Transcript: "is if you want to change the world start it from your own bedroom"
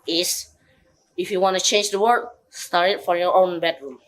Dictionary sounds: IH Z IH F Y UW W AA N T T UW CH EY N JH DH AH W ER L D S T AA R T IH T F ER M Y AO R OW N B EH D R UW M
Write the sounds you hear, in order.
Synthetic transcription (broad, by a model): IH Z IH F Y UW W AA N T T UW CH EY N JH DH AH W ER D S T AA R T IH T F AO Y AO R OW N B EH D R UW M